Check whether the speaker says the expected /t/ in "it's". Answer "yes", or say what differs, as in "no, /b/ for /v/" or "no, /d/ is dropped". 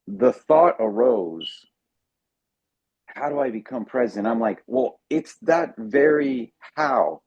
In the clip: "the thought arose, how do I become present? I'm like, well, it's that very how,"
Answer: yes